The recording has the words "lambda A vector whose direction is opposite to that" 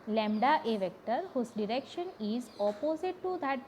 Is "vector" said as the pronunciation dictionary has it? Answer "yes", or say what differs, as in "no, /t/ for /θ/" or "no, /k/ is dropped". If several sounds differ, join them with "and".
yes